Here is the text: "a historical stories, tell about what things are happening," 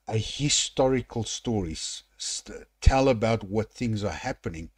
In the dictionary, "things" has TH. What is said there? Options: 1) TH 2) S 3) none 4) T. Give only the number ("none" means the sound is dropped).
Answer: 1